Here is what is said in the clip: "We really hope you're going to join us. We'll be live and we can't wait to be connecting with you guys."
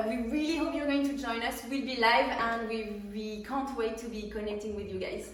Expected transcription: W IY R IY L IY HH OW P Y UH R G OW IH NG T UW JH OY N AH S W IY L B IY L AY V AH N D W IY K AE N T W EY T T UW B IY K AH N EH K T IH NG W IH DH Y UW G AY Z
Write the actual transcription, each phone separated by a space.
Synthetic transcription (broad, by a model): W IY R IY L IY HH OW P Y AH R G OW IH NG T UW JH OY N AH S W IY L B IY L AY V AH N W W IY K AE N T W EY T T UW B IY K AH N EH K T IH NG W IH DH Y UW G AY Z